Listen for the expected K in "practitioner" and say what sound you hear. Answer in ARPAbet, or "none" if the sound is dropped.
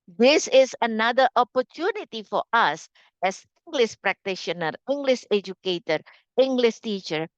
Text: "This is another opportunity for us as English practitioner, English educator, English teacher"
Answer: K